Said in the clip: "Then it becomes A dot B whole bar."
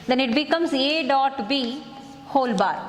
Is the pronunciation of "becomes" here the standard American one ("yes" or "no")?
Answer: yes